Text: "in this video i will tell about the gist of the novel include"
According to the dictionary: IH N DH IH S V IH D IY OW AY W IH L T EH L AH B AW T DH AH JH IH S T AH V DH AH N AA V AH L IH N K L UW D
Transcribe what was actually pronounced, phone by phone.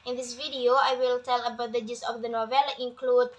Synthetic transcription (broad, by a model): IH N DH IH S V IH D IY OW AY W IH L T EH L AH B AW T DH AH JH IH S AH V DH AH N AA V AH L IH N K L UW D